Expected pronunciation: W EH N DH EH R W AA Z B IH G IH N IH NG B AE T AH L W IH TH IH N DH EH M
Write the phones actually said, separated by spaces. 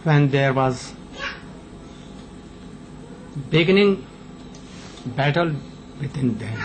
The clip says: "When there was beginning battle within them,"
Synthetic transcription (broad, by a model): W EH N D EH R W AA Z B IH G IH N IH NG B AE T AH L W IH T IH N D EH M